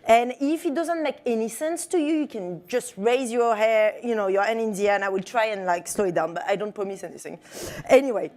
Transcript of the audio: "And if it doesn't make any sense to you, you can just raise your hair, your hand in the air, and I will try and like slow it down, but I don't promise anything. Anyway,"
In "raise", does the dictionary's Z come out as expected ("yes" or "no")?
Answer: yes